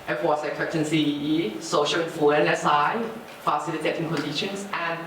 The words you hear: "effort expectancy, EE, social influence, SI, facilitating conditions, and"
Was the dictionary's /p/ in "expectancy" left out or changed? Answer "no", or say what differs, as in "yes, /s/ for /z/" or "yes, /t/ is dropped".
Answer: yes, /p/ is dropped